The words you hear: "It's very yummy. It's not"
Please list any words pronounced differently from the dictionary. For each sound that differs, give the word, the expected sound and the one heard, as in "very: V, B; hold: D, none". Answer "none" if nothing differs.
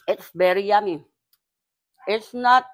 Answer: very: V, B